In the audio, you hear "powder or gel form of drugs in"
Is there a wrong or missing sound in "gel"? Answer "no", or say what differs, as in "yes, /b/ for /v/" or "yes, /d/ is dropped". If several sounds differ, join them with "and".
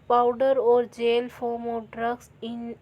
no